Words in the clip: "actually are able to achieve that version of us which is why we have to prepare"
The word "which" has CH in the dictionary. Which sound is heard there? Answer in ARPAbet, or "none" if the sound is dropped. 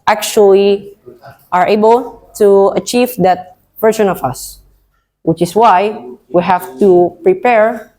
CH